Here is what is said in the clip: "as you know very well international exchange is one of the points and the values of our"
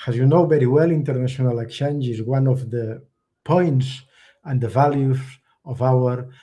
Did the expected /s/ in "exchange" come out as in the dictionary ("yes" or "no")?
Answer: no